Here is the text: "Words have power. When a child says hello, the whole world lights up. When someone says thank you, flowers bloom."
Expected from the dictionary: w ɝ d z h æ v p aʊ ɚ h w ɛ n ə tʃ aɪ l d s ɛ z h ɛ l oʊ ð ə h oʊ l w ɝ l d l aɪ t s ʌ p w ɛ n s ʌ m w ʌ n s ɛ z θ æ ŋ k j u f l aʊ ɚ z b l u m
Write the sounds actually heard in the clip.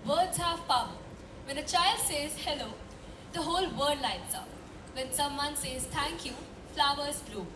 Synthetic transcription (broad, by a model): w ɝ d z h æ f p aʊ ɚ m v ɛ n ə tʃ aɪ l d s ɛ z h ɛ l oʊ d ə h oʊ l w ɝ d l aɪ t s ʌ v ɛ n s ʌ m w ʌ n s ɛ z t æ ŋ k j u f l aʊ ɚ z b l u